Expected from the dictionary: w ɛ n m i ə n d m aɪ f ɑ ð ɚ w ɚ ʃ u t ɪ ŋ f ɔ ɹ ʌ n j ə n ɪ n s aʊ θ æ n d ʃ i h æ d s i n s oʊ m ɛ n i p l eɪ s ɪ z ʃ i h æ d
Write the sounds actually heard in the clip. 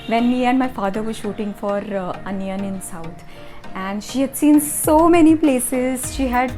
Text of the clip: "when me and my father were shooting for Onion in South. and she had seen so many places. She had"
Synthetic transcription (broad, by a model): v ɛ n m i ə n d m aɪ f ɑ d ɚ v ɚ ʃ u t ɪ ŋ f ɔ ɹ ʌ n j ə n ɪ n s aʊ t æ n d ʃ i h æ d s i n s oʊ m ɛ n i p l eɪ s ɪ z ʃ i h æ d